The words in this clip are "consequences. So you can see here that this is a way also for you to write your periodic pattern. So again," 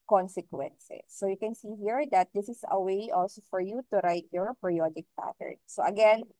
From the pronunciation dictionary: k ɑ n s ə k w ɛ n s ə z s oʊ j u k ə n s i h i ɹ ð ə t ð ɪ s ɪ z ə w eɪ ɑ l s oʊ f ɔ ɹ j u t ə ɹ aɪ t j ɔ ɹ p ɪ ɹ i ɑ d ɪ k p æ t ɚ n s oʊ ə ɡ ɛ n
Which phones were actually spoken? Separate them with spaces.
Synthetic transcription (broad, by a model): k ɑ n s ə k w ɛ n s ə s oʊ j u k ə n s i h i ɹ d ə t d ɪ s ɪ s ə w eɪ ɑ l s oʊ f ɔ ɹ j u t ə ɹ aɪ t j ɔ ɹ p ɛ ɹ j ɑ d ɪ k p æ t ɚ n s oʊ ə ɡ ɛ n